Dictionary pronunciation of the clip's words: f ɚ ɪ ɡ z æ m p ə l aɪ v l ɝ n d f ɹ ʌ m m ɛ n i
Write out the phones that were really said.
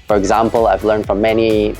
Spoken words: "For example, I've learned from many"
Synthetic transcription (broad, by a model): f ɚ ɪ ɡ z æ m p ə l aɪ v l ɝ n d f ɹ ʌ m m ɛ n i